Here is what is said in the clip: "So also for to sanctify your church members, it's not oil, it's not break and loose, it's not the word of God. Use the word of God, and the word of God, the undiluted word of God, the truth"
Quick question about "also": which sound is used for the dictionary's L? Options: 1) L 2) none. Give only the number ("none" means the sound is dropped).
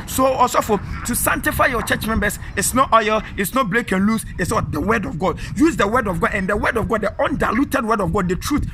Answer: 2